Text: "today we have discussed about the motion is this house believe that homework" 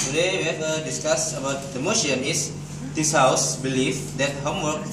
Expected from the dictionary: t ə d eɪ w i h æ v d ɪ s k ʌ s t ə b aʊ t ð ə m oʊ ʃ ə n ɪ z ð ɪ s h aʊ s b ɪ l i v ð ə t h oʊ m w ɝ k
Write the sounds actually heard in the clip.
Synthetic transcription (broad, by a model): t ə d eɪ w i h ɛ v d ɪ s k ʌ s ə b aʊ t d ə m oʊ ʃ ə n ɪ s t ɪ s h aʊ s b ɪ l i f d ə t h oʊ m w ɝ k